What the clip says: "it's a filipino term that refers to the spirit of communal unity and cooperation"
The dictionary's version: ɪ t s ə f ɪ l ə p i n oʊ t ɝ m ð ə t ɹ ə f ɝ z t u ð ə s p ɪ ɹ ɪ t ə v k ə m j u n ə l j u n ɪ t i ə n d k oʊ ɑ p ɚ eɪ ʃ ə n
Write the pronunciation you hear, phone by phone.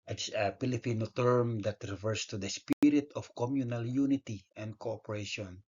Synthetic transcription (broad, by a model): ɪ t s ə p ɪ l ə p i n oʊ t ɝ m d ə t ɹ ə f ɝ s t u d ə s p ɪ ɹ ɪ t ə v k ə m j u n ə l j u n ɪ t i ə n d k oʊ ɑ p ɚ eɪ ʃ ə n